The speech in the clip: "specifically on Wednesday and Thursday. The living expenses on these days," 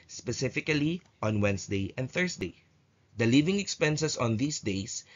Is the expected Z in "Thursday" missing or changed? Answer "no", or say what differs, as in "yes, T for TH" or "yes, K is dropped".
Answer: yes, S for Z